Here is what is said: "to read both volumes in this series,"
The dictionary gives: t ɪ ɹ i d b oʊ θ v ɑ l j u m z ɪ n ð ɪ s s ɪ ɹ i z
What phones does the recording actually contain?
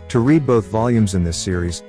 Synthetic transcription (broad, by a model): t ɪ ɹ i d b oʊ θ v ɑ l j u m z ɪ n ð ɪ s s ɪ ɹ i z